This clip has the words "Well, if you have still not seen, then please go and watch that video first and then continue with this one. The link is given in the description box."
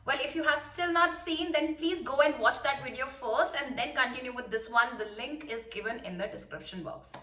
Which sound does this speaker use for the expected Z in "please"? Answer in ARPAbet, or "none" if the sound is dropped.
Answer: Z